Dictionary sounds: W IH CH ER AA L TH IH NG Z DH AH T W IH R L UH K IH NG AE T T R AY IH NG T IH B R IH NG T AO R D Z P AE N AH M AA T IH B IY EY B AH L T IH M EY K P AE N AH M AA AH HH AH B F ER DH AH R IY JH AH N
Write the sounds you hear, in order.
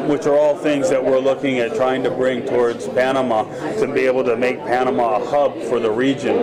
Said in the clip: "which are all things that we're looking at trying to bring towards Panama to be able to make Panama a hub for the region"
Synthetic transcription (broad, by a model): W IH CH ER AA L TH IH NG Z DH AH T W IH R L UH K IH NG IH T T R AY IH NG T IH B R IH NG T AO R D Z P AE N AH M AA T IH B IY EY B L T IH M EY K P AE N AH M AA AH HH AH B F ER DH AH R IY JH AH N